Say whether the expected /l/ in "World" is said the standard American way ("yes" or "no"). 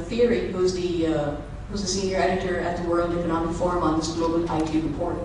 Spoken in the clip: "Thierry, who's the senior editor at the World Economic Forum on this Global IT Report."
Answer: yes